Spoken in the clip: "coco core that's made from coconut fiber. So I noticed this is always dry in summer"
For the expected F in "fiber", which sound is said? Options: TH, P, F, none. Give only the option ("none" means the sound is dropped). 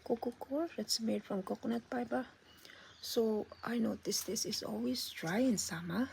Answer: P